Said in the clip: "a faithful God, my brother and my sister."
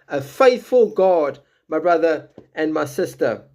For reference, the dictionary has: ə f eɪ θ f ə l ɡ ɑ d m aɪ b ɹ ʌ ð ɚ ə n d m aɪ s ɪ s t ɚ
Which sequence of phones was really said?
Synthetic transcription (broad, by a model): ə f eɪ θ f ə l ɡ ɑ d m aɪ b ɹ ʌ ð ɚ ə n m aɪ s ɪ s t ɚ